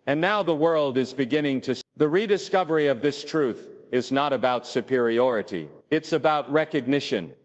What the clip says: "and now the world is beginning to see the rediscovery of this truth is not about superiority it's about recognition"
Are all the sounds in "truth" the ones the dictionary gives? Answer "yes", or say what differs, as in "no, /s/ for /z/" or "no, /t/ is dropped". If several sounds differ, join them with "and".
yes